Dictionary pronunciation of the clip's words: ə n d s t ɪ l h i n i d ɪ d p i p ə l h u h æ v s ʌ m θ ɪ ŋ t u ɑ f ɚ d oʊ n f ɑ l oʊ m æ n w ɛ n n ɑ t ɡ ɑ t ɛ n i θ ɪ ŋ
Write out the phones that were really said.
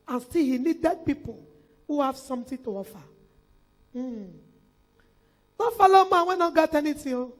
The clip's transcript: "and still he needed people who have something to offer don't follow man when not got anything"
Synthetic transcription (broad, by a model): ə n s t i l h i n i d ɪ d p i p ə l h u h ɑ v s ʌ m t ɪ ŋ t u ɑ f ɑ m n f ɑ l oʊ m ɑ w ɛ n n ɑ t ɡ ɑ t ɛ n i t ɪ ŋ